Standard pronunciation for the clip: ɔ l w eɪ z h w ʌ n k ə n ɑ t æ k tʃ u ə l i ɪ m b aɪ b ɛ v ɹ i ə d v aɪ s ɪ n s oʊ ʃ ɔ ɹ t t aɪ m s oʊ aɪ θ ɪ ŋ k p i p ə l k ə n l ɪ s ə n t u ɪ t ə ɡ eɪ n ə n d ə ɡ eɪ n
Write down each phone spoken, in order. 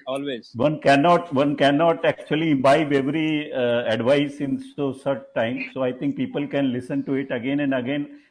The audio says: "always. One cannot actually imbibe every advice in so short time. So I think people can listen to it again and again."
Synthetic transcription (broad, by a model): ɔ l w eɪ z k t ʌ n k ə n ɑ t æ k tʃ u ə l i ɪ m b aɪ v ɛ v ɹ i ə d v aɪ s ɪ n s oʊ s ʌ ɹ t t aɪ m s oʊ aɪ t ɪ ŋ k p i p ə l k ə n l ɪ s ə n t u ɪ t ə ɡ eɪ n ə n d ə ɡ eɪ n